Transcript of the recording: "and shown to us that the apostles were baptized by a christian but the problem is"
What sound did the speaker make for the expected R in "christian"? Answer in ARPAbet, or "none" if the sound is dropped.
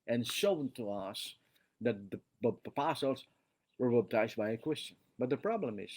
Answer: W